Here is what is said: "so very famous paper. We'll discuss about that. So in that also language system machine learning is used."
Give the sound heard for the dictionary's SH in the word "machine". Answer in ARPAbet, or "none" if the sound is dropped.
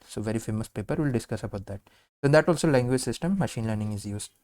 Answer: SH